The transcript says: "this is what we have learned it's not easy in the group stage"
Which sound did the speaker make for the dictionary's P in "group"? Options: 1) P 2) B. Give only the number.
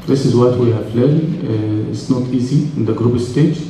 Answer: 2